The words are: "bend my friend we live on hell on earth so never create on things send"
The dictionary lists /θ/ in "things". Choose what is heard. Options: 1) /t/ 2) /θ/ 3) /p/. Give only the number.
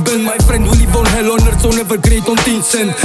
1